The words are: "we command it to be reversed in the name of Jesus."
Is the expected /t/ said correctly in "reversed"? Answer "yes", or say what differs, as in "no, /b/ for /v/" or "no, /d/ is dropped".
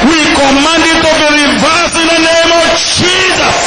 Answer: no, /t/ is dropped